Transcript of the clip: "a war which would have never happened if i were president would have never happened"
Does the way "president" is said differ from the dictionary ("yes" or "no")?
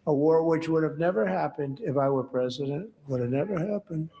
no